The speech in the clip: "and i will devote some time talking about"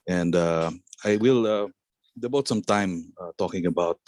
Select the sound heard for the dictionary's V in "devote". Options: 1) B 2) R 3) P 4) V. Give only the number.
1